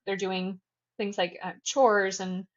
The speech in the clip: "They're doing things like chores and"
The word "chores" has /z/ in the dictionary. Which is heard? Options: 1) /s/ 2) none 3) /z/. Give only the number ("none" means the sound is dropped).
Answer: 3